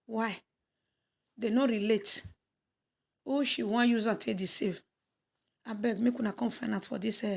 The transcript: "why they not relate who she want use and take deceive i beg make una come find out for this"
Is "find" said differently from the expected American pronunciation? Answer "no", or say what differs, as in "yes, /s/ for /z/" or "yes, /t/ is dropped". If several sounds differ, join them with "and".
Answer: yes, /d/ is dropped